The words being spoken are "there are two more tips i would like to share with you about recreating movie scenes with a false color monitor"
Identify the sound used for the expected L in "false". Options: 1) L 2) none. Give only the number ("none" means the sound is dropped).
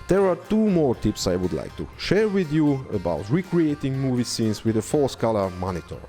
2